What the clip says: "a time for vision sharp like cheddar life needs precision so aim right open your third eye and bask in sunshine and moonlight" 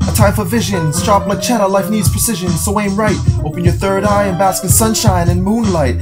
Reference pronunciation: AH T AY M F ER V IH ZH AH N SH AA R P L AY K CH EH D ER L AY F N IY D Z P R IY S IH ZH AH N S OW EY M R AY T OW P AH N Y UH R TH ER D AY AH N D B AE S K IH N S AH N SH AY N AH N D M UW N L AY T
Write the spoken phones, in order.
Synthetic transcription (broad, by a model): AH T AY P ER V IH ZH AH N S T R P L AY CH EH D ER L AY F N IY D Z P R IY S IH ZH AH N S OW EY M R AY T OW P AH N Y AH R TH ER D AY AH N B AE S K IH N S AH N SH AY N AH N M UW N L AY T